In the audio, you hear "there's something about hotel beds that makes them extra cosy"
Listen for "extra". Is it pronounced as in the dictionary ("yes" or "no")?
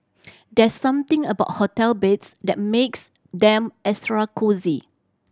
no